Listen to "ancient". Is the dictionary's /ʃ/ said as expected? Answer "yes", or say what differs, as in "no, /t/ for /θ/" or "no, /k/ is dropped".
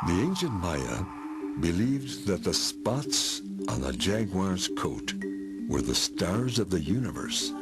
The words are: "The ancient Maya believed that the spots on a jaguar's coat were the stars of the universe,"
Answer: yes